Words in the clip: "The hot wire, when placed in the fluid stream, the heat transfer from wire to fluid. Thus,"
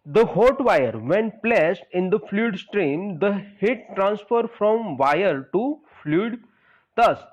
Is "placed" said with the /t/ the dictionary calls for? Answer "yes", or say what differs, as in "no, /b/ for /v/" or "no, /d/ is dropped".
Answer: yes